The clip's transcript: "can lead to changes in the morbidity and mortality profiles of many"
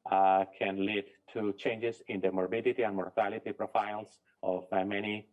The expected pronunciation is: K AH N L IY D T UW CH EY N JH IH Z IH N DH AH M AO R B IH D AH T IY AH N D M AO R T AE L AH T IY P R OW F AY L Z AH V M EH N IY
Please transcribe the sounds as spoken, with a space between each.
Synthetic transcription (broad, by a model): K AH N L IY D T UW CH EY N JH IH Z IH N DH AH M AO R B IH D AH T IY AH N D M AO R T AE L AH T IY P R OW F AY L S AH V M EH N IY